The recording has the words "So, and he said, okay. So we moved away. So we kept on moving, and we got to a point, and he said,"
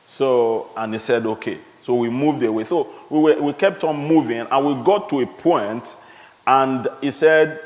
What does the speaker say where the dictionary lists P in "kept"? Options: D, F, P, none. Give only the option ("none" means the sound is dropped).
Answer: P